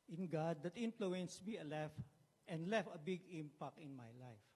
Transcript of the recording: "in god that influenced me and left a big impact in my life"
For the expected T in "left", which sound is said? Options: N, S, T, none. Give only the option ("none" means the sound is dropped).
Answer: none